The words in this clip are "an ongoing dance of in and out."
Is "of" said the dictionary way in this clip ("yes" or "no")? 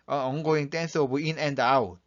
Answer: no